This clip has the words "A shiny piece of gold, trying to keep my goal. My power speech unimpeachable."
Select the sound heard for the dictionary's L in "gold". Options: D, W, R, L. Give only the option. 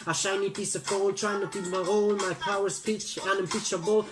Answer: W